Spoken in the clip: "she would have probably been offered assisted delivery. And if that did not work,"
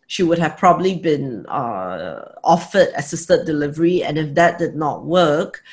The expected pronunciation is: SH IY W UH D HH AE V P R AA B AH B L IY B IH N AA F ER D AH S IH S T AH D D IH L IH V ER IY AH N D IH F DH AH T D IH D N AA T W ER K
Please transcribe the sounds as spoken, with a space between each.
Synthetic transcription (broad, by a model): SH IY W UH D HH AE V P R AA B AH B L IY B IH N AA F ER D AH S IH S T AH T D IH L IH V ER IY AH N IH F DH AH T D IH D N AA T W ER K